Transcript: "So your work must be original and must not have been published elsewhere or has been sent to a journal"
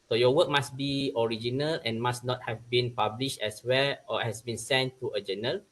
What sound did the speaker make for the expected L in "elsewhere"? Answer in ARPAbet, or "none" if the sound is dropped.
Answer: none